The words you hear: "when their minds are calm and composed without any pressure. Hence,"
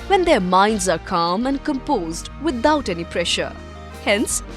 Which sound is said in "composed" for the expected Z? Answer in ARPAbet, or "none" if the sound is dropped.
Z